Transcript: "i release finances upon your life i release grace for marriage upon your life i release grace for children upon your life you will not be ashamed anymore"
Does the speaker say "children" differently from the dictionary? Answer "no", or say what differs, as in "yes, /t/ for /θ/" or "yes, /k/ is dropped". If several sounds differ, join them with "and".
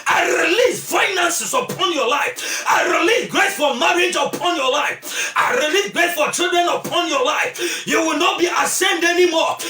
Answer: yes, /l/ is dropped